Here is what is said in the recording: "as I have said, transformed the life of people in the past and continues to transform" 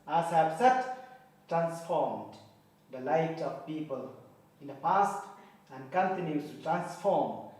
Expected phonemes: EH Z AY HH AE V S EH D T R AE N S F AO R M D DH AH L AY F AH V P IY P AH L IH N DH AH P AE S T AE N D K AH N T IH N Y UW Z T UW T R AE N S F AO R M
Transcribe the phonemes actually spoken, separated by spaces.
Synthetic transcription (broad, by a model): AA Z AY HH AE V S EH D T R AE N S F AO R M D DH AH L AY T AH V P IY P AH L IH N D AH P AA S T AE N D K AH N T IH N Y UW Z T UW T R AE N S F AO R M